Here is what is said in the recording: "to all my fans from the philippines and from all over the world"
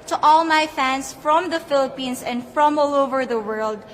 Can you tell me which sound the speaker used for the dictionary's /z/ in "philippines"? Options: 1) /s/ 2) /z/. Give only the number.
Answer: 1